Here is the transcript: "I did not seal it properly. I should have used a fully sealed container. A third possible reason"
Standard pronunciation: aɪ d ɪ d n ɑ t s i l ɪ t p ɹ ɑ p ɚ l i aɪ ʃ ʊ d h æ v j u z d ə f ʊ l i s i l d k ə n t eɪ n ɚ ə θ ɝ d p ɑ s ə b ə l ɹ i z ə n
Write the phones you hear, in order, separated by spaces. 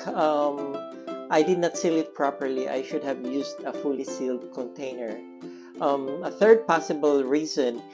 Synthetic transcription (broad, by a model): aɪ d ɪ d n ɑ t s i l ɪ t p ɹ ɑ p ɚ l i aɪ ʃ ʊ d h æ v j u s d ə f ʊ l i s i l d k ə n t eɪ n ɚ ə θ ɝ d p ɑ s ə b ə l ɹ i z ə n